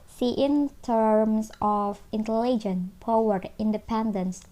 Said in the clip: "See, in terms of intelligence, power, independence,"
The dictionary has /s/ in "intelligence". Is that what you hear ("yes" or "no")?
no